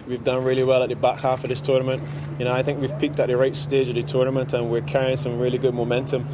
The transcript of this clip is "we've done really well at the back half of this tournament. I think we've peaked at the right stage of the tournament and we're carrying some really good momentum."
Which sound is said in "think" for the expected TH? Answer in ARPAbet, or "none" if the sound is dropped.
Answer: TH